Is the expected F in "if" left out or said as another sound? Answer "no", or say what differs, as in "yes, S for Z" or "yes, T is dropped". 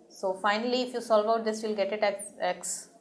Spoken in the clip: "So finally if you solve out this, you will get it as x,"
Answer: no